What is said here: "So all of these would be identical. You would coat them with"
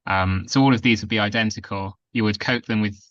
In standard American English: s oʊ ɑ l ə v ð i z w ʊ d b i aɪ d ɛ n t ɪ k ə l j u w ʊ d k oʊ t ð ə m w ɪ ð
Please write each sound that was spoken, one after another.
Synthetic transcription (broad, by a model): s oʊ ɑ l ə v ð i z w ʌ d b i aɪ d ɛ n t ɪ k ə l j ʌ w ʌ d k oʊ t ð ə m w ɪ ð